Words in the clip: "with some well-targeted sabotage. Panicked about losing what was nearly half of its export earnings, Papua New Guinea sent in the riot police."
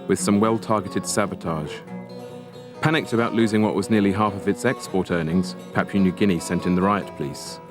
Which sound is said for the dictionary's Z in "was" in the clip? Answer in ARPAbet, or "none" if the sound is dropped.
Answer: Z